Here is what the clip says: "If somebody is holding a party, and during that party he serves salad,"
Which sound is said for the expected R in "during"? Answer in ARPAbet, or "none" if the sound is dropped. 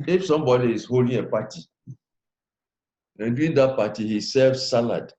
none